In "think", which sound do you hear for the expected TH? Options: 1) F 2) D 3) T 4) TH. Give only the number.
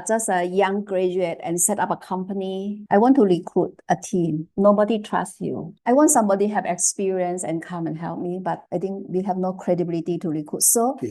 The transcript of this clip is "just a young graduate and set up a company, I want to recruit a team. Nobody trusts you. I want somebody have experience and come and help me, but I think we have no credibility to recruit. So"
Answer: 3